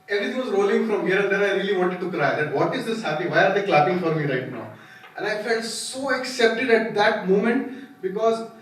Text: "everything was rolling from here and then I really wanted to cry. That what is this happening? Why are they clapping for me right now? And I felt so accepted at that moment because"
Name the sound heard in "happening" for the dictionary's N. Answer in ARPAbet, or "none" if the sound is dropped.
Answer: none